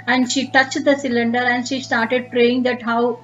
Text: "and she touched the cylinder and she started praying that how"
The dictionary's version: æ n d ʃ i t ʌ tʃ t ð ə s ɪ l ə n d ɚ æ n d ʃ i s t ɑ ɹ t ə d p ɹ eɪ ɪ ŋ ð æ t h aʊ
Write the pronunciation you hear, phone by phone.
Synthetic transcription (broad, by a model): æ n d ʃ i t ʌ tʃ t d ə s ɪ l ə n d ɚ æ n d ʃ i s t ɑ ɹ t ə d p ɹ eɪ ɪ ŋ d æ t h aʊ